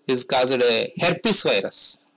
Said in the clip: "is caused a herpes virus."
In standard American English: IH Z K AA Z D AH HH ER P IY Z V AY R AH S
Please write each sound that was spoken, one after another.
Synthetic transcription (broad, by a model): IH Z K AA Z D AH HH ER P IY S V AY R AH S